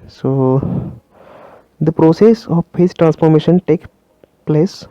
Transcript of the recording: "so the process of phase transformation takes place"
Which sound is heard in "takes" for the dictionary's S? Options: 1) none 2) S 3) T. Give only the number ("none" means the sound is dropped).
1